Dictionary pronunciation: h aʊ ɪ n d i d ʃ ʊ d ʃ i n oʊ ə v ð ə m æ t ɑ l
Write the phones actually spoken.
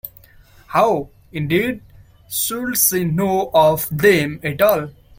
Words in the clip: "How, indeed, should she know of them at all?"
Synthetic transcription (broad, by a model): h aʊ ɪ n d i d s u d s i n oʊ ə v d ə m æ t ɑ l